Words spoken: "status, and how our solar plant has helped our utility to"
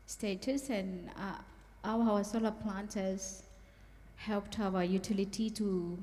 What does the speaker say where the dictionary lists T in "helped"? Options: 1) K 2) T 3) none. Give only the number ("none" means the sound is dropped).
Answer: 2